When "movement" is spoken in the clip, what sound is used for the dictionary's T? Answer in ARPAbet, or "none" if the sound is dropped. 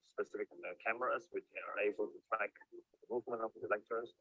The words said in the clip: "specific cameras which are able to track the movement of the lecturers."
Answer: none